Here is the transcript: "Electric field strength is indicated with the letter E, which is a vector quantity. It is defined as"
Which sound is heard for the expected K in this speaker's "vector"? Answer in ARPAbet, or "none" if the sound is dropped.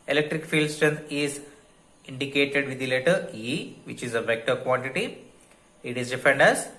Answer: K